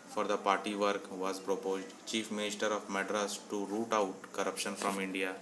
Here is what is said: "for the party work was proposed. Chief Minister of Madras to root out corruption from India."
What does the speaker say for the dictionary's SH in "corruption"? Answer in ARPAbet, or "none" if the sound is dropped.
SH